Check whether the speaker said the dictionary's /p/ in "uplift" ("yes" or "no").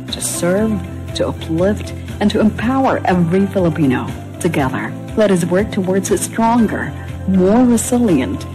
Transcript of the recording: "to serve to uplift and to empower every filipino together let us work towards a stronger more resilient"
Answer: yes